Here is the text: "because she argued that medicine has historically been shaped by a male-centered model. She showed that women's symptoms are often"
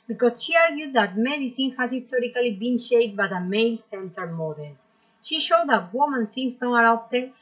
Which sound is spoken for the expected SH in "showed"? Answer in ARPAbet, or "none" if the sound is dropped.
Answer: SH